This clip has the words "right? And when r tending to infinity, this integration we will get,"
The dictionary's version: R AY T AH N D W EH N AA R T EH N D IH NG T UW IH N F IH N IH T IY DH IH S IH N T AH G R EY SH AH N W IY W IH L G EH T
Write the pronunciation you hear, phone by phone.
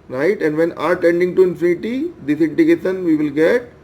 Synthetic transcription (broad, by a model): R AY T AH N D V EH N AA R T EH N D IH NG T UW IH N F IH N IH T IY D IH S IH N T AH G EY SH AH N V IY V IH L G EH T